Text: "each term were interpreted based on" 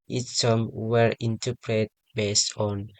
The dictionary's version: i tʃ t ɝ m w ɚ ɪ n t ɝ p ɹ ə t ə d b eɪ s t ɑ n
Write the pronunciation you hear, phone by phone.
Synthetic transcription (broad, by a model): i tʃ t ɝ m w ɚ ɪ n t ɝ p ɹ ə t b eɪ s t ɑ n